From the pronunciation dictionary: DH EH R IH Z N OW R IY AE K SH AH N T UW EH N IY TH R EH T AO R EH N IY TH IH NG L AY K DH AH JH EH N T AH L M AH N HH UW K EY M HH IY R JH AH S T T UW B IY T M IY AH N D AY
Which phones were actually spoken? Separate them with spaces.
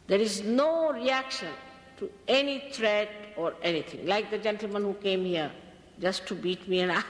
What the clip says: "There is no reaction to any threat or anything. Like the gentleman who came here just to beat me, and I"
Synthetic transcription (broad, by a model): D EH R IH Z N OW R IY AE K SH AH N T UW EH N IY T R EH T AO R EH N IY T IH NG L AY K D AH JH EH N T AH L M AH N HH UW K EY M HH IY R JH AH S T T UW B IY T M IY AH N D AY